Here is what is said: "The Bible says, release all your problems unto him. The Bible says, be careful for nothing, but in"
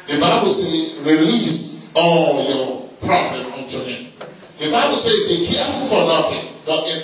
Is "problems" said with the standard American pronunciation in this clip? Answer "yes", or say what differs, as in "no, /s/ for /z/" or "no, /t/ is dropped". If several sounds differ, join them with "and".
no, /z/ is dropped